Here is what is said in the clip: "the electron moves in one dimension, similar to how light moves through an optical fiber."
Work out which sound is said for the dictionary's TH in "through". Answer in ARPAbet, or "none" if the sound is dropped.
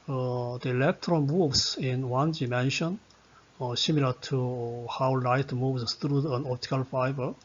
T